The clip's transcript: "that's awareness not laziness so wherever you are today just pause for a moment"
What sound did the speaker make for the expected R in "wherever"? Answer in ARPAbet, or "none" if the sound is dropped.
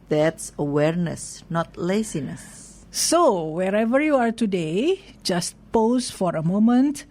R